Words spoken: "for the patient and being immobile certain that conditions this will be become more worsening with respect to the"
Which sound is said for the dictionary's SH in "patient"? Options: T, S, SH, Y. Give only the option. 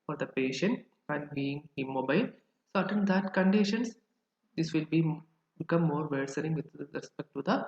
SH